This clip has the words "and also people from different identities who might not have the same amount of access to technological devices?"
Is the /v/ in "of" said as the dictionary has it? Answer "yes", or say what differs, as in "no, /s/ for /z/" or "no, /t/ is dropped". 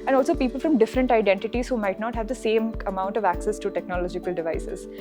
yes